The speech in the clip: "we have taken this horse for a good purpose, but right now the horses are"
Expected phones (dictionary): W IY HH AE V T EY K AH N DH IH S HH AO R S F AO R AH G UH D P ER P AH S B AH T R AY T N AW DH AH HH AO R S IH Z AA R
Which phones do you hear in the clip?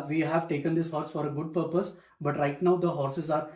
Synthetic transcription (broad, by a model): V IY HH AE V T EY K AH N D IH S HH AO R S F AO R AH G UH D P ER P AH S B AH T R AY T N AW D AH HH AO R S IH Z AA R